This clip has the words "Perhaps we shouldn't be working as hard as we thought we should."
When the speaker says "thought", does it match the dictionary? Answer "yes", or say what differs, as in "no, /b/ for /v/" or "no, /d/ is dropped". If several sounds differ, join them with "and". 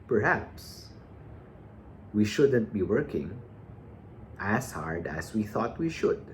yes